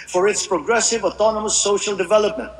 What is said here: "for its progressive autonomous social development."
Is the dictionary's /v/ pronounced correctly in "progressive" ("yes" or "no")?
yes